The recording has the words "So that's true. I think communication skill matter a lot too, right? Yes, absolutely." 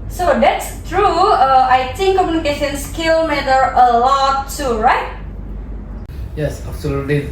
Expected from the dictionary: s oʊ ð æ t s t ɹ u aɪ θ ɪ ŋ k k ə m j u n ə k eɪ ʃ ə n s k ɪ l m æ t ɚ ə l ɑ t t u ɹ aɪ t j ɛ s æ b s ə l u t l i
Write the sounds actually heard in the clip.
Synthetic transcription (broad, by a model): s oʊ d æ t s t ɹ u aɪ t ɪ ŋ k k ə m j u n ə k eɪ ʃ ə n s k ɪ l m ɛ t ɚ ə l ɑ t t u ɹ aɪ t j ɛ s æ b s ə l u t l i